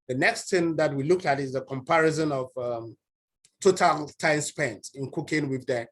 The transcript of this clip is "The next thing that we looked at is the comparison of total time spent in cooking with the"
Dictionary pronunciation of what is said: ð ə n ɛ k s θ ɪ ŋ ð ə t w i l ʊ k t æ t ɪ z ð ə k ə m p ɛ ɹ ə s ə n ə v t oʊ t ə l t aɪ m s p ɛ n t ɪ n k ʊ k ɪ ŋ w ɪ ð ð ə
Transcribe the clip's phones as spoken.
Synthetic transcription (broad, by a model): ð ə n ɛ k s t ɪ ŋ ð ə t w i l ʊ k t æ t ɪ z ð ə k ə m p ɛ ɹ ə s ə n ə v t oʊ t ə l t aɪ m s p ɛ n t ɪ n k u k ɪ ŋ w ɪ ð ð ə